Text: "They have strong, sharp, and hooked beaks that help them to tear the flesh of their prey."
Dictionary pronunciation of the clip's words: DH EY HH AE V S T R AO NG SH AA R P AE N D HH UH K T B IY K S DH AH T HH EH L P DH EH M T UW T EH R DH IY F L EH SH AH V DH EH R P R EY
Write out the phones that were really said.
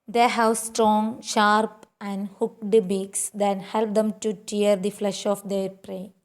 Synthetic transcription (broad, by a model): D EY HH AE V S T R AO NG SH AA R P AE N D HH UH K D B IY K S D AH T HH EH L P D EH M T UW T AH R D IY F L EH SH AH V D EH R P R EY